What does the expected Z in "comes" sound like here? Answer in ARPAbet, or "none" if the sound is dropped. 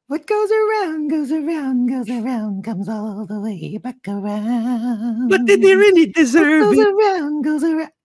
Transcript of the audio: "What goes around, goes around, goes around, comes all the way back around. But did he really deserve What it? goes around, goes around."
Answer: Z